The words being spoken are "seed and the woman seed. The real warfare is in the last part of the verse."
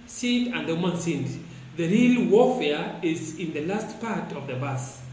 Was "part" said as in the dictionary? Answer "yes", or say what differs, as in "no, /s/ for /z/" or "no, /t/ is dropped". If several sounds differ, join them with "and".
yes